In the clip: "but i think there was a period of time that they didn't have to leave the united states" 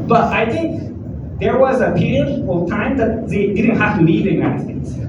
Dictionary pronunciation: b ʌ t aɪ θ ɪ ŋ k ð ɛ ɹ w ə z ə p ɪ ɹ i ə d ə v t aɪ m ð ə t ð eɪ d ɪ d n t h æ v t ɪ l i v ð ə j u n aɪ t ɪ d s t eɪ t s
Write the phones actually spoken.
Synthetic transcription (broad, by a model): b ʌ t aɪ θ ɪ ŋ k ð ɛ ɹ w ə z ə p ɪ ɹ i ə d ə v t aɪ m ð ə t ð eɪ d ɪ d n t h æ f t ɪ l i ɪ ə j u n aɪ t ɪ d s t eɪ t s